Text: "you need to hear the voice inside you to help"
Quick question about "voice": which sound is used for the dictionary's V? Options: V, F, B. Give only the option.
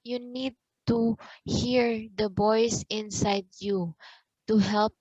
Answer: B